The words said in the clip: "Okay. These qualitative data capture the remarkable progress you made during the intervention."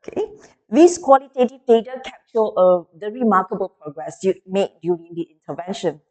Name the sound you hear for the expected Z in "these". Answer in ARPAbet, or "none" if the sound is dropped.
S